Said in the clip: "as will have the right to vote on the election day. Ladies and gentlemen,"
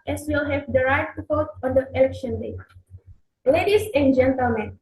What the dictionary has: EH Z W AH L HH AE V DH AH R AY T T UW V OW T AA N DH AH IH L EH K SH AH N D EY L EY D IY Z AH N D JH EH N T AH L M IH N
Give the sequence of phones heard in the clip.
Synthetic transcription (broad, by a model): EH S W AH L HH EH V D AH R AY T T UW F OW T AA N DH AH IH L EH K SH AH N D EY L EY D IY S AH N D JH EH N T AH L M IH N